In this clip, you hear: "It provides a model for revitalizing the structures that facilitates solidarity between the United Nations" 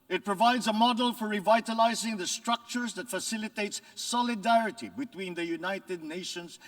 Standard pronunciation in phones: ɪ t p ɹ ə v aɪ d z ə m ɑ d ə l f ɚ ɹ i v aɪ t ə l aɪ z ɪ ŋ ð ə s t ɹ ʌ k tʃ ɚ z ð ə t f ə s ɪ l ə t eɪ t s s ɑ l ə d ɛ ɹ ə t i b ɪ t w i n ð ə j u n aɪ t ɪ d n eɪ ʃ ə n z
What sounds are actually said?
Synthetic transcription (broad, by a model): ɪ t p ɹ ə v aɪ d z ə m ɑ d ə l f ɚ ɹ i v aɪ t ə l aɪ z ɪ ŋ ð ə s t ɹ ʌ k tʃ ɚ z ð ə t f ə s ɪ l ə t eɪ t s s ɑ l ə d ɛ ɹ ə t i b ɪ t w i n ð ə j u n aɪ t ɪ d n eɪ ʃ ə n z